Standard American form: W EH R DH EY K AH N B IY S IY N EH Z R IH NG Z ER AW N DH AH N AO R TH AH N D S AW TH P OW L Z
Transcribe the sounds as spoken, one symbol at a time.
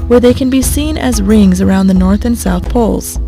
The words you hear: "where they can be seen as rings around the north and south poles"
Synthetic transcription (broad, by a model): W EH R DH EY K AH N B IY S IY N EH Z R IH NG Z ER AW N DH AH N AO R TH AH N S AW TH P OW L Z